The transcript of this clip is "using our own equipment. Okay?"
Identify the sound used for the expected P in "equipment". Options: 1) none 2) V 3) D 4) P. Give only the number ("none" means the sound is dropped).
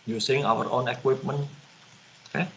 4